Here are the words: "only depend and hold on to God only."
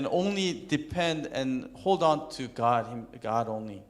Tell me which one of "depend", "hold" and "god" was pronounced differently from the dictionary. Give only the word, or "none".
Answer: none